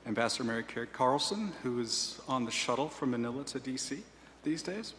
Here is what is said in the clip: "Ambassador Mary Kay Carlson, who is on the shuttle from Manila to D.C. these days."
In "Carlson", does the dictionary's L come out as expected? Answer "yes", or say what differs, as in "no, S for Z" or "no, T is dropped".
yes